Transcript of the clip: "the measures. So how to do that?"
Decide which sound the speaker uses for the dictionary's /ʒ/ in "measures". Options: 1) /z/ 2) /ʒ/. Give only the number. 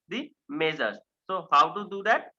1